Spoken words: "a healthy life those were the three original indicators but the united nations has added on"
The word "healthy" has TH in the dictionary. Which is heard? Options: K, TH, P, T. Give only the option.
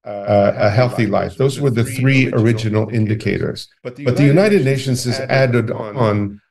TH